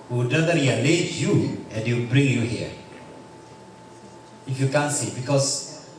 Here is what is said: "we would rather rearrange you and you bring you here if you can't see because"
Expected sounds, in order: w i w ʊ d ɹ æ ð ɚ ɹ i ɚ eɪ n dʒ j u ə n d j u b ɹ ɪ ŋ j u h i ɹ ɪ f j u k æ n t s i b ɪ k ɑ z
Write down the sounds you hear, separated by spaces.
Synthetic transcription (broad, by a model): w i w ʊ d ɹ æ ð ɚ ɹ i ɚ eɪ dʒ j u ə n d j u b ɹ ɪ ŋ j u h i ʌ ɪ f j u k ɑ n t s i b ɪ k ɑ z